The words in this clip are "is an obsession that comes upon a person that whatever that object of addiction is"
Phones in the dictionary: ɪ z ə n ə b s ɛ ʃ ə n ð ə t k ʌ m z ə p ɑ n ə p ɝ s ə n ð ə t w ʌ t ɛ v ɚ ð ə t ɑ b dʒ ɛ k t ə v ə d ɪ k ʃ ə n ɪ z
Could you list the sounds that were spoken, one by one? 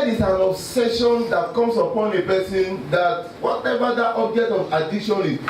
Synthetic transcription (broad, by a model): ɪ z ə n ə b s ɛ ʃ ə n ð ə t k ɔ m s ə p ɑ n ə p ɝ s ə n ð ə t w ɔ t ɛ v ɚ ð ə t ɑ b dʒ ɛ k t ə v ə d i ʃ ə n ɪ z